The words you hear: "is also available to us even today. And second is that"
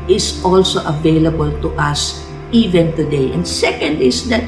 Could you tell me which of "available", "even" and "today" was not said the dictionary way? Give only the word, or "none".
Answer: none